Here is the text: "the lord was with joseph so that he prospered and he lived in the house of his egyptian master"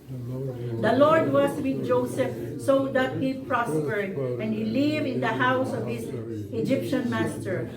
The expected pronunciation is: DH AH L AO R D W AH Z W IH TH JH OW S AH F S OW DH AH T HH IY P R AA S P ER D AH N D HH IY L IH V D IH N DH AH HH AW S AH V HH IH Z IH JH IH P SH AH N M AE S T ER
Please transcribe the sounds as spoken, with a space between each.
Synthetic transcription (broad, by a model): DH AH L AO R D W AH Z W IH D JH OW S AH F S OW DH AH T HH IY P R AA S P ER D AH N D HH IY L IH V IH N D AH HH AW S AH V HH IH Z IH JH IH P SH AH N M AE S T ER